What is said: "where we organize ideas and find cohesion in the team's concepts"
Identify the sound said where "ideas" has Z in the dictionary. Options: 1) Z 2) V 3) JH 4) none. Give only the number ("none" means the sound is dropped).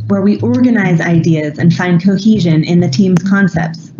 1